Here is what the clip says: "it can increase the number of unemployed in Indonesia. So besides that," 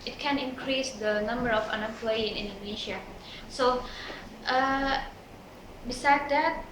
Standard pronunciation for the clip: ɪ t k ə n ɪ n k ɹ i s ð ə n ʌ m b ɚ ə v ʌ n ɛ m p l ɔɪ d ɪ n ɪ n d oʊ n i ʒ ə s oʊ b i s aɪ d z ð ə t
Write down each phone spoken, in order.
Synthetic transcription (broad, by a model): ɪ t k ə n ɪ n k ɹ i s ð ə n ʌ m b ɚ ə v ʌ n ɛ p l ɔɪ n ɪ n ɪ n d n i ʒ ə s oʊ b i s aɪ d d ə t